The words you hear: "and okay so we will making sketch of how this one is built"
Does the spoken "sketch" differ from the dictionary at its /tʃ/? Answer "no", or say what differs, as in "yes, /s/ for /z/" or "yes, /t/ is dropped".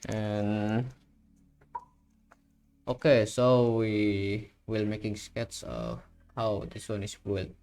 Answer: yes, /s/ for /tʃ/